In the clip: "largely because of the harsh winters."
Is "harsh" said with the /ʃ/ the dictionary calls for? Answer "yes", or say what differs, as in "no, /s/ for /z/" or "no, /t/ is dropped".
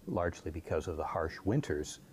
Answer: yes